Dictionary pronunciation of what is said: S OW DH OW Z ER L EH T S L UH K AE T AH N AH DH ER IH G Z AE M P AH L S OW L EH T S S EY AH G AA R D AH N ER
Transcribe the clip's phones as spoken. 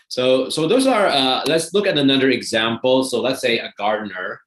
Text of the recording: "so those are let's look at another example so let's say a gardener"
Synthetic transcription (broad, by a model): S OW DH OW Z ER L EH T S L UH K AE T AH N AH DH ER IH G Z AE M P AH L S OW L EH T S S EY AH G AA R D N ER